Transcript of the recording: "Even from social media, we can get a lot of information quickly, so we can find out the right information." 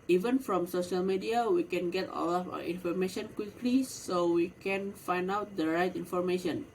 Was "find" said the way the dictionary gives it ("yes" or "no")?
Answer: yes